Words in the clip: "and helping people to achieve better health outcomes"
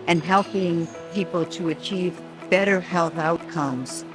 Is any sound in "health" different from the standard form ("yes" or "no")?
no